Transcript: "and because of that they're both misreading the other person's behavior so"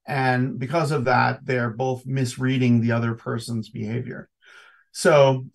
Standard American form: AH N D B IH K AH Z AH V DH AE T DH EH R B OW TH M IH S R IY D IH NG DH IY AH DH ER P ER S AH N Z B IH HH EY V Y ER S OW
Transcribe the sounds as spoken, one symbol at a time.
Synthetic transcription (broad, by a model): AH N B IH K AH Z AH V DH AE T DH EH R B OW TH M IH S R IY D IH NG DH IY AH DH ER P ER S AH N Z B IH HH EY V Y ER S OW